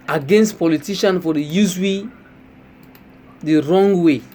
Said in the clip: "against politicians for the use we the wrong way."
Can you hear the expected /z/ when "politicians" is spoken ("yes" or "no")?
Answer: no